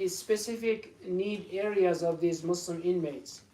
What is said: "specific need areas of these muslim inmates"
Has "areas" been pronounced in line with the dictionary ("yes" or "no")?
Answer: yes